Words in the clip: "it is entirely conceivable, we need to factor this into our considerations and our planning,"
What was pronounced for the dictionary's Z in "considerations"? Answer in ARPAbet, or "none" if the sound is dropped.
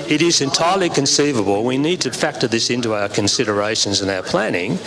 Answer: Z